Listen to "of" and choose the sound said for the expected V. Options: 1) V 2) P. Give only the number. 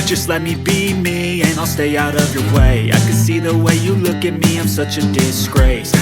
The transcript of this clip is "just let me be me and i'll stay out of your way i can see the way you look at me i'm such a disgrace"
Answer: 1